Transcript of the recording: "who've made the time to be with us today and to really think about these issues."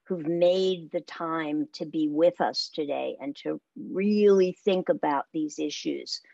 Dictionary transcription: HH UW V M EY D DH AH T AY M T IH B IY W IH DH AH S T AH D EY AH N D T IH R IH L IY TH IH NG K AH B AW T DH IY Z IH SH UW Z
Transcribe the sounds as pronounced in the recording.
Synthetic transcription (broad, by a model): HH UW V M EY D DH AH T AY M T IH B IY W IH DH AH S T AH D EY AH N T IH R IH L IY TH IH NG K AH B AW T DH IY Z IH SH UW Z